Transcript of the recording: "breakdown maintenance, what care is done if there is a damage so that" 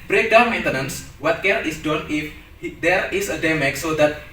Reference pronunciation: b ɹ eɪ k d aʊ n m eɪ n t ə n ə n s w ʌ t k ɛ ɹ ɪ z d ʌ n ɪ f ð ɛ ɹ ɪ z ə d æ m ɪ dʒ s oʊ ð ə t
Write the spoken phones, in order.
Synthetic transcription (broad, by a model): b ɹ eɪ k d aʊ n m eɪ n t ə n ə n s w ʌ t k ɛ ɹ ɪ s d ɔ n ɪ f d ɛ ɹ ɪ s ə d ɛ m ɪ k s oʊ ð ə t